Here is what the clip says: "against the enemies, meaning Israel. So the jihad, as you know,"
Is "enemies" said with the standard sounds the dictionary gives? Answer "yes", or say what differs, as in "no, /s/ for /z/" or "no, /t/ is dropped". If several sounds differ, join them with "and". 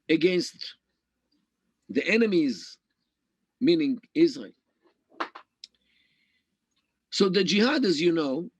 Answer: yes